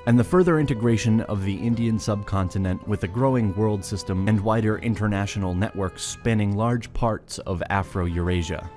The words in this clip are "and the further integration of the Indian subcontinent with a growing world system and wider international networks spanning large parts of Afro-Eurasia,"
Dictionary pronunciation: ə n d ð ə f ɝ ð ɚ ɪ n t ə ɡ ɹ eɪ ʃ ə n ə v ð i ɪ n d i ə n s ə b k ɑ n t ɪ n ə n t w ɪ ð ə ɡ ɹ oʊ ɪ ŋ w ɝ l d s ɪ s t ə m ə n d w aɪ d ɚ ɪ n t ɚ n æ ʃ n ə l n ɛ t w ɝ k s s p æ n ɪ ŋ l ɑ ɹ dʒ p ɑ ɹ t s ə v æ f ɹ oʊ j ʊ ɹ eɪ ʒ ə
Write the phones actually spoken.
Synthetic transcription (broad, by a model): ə n ð ə f ɝ ð ɚ ɪ n t ə ɡ ɹ eɪ ʃ ə n ə v ð i ɪ n d i ə n s ə b k ɑ n t ɪ n ə n t w ɪ ð ə ɡ ɹ oʊ ɪ ŋ w ɝ l d s ɪ s t ə m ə n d w aɪ d ɚ ɪ n t ɚ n æ ʃ n l n ɛ t w ɝ k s s p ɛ n ɪ ŋ l ɑ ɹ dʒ p ɑ ɹ t s ə v æ f ɹ oʊ j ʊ ɹ eɪ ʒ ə